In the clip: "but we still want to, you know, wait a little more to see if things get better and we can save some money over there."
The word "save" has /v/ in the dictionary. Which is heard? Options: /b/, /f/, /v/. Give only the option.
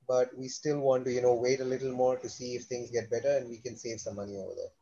/v/